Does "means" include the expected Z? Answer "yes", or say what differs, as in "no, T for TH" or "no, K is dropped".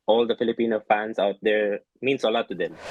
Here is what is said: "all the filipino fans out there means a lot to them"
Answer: no, S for Z